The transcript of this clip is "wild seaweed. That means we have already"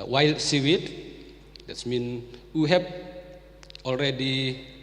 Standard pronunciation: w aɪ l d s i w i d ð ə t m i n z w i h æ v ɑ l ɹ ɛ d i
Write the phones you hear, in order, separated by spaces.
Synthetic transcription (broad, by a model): w aɪ l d s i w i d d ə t m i n w i h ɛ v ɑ l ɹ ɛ d i